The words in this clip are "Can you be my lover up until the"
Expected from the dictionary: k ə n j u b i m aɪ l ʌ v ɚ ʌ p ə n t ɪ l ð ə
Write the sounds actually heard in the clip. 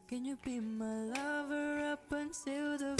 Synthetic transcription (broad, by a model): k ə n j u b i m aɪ l ʌ v ɚ ʌ p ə n s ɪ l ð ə